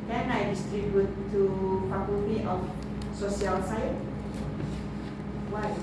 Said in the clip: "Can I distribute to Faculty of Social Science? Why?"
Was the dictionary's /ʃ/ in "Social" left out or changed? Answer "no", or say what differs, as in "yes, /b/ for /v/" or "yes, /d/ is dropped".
yes, /s/ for /ʃ/